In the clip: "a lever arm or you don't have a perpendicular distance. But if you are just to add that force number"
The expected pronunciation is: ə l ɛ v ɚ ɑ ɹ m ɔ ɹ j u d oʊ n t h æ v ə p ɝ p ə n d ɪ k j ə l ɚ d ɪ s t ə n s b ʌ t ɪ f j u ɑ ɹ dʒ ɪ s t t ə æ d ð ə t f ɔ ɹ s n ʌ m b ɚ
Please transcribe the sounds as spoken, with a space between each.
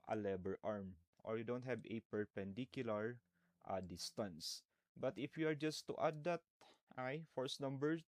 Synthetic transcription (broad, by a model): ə l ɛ b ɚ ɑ ɹ m ɔ ɹ j u d oʊ n t h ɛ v ə p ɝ p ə n d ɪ k j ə l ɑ d ɪ s t ə n s b ʌ t ɪ f j u ɑ ɹ dʒ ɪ s t t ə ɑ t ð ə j f ɔ ɹ s n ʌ m b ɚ